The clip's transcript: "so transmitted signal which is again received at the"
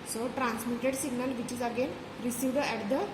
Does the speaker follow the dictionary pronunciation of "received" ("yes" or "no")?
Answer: yes